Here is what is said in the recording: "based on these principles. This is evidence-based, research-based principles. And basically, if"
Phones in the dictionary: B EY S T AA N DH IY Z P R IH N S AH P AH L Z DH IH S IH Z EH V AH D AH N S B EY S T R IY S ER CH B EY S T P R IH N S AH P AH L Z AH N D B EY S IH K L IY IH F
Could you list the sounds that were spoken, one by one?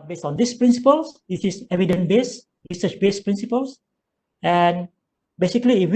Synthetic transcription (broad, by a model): B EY S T AA N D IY S P R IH N S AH P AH L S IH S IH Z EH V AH D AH N B EY S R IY S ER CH B EY S P R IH N S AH P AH L S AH N B EY S IH K L IY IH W